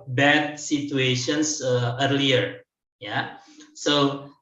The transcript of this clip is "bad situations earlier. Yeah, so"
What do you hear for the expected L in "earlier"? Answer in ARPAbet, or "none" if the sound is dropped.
L